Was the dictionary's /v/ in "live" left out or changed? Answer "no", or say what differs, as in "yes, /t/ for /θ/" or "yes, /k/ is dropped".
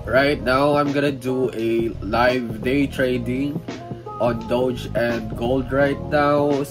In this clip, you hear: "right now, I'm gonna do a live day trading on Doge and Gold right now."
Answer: no